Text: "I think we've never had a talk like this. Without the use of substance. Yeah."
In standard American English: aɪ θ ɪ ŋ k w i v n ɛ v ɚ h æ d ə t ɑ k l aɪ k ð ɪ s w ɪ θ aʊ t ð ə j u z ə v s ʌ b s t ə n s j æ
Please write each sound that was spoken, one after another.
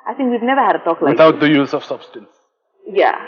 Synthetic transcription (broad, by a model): aɪ θ ɪ ŋ k w i v n ɛ v ɚ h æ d ə t ɑ k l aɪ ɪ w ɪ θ aʊ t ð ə j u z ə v s ʌ b s t ə n s j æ